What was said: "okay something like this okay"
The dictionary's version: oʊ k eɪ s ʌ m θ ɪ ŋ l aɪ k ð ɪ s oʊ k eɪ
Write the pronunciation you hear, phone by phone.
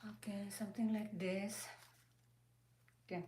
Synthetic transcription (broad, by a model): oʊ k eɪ s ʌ m t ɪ ŋ l aɪ k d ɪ s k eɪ